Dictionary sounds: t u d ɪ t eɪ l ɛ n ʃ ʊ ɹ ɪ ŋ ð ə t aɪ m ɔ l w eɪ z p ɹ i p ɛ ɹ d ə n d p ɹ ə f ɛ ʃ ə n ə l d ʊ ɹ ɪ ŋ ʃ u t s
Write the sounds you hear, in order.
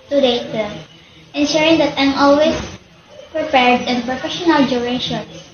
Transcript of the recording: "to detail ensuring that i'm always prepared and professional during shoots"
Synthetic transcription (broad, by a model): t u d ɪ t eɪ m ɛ n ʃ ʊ ɹ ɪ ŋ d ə t aɪ m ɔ l w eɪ s p ɹ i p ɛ ɹ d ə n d p ɹ ə f ɛ ʃ ə n ə l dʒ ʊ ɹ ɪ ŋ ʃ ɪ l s